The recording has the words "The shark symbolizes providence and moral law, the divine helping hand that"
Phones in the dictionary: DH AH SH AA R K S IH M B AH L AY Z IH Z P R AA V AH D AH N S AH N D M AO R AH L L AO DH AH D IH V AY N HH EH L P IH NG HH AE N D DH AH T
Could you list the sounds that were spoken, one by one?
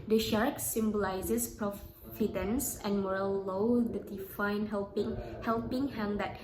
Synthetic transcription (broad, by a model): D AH SH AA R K S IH M B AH L AY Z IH S P R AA F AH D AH N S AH N M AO R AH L L AO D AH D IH F AY N HH EH L P IH NG HH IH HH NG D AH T